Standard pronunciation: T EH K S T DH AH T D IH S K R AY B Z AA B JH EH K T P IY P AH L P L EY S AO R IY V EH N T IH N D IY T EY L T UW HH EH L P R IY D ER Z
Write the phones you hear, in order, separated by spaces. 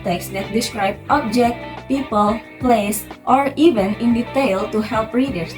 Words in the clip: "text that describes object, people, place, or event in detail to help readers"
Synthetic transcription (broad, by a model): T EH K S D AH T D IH S K R AY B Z AA B JH EH K T P IY P AH L P L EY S AO R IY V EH N IH N D IY T EY L T UW HH EH L P R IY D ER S